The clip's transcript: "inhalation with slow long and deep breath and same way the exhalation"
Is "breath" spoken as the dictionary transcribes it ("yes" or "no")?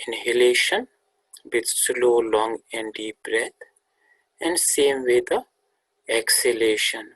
no